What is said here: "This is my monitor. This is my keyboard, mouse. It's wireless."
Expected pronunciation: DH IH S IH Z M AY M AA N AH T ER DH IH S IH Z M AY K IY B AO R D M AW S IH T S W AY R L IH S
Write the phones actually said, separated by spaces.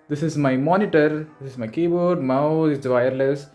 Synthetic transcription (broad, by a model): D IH S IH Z M AY M AA N AH T ER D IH S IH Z M AY K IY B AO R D M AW IH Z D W AY R L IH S